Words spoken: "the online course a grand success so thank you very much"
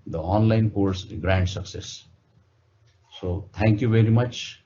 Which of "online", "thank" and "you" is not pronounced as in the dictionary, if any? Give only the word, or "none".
thank